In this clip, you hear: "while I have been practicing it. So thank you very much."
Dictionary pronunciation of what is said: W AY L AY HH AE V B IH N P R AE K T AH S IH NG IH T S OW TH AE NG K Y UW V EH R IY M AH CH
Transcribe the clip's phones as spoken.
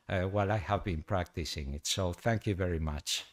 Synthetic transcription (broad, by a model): W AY L AY HH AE V B IH N P R AE K T AH S IH NG IH T S OW TH AE NG K Y UW V EH R IY M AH CH